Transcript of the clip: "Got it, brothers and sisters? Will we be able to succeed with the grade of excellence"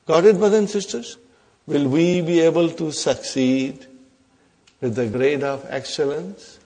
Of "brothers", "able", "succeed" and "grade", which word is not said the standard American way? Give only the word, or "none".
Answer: brothers